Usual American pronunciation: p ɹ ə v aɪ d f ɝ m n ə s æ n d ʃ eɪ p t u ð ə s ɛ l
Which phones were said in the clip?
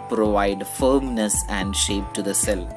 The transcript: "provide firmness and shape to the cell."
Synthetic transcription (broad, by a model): p ɹ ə v aɪ d f ɝ m n ə s æ n d ʃ eɪ p t u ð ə s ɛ l